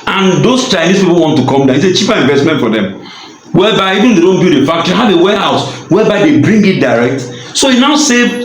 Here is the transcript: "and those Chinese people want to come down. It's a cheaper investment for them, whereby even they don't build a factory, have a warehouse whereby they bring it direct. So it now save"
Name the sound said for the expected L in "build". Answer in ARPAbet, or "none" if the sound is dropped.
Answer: none